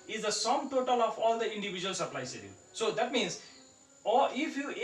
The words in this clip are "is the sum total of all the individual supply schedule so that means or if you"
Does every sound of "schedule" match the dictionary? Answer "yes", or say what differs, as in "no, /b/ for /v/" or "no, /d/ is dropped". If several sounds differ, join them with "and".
no, /k/ is dropped